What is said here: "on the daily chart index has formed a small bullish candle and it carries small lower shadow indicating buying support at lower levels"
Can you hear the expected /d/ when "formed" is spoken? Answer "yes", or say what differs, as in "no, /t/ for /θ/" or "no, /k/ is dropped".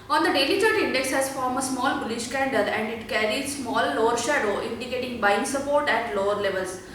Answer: no, /d/ is dropped